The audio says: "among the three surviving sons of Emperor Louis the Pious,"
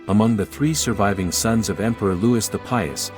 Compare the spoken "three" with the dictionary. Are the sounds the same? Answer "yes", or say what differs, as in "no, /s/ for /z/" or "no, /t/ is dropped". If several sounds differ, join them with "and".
yes